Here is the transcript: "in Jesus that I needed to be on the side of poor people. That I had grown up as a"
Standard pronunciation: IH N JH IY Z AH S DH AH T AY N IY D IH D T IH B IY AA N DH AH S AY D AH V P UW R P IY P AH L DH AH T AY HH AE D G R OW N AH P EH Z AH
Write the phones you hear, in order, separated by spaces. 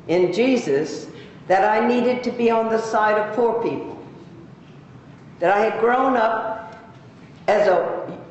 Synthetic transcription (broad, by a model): IH N JH IY Z AH S DH AH T AY N IY D IH D T IH B IY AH N DH AH S AY D AH V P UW R P IY P L DH AH T AY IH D G R OW N AH P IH Z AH